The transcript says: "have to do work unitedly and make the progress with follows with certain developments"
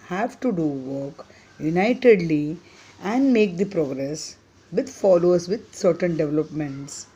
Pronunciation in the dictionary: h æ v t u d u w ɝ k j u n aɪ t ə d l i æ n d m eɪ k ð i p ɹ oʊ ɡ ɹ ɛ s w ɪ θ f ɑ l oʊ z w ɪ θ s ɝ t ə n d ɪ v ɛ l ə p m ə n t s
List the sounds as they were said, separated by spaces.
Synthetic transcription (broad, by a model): h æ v t u d u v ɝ k j u n aɪ t ə d l i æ n d m eɪ k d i p ɹ oʊ ɡ ɹ ɛ s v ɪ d f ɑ l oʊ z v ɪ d s ɝ t ə n d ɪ v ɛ l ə p m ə n t s